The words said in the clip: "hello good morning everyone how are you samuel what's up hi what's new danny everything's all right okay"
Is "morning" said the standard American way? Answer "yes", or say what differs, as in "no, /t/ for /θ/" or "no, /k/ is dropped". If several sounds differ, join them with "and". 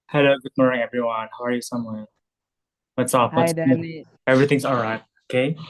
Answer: no, /n/ is dropped